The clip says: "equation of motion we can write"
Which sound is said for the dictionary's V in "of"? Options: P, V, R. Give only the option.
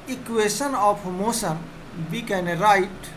P